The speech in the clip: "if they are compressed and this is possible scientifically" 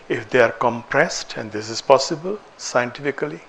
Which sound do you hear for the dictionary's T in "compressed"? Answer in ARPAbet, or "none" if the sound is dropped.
T